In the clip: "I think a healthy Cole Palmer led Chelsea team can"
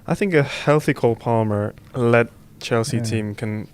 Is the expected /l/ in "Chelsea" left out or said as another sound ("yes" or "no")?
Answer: no